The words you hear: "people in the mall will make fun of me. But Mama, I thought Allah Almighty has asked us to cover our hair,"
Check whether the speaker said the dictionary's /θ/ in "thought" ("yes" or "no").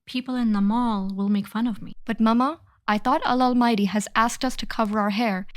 yes